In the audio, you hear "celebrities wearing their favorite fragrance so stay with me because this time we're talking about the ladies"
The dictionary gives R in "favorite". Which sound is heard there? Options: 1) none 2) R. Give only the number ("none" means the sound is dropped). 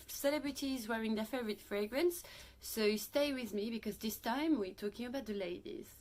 2